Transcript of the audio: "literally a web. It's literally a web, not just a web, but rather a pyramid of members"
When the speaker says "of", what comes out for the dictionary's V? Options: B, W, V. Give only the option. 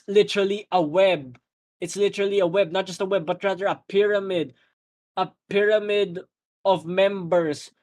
V